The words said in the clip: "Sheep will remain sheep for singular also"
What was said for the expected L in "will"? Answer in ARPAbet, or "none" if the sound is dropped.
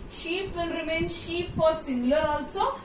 N